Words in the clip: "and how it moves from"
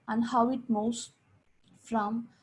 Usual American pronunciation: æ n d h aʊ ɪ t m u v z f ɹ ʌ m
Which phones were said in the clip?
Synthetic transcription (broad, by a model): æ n d h aʊ ɪ t m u z f ɹ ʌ m